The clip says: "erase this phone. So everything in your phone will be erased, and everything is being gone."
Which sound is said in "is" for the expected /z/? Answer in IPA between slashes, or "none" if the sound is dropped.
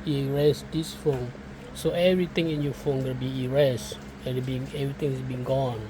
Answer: /s/